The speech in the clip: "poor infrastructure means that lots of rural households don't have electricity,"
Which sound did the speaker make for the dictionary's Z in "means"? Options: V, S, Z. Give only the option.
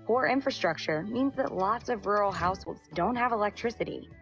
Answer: Z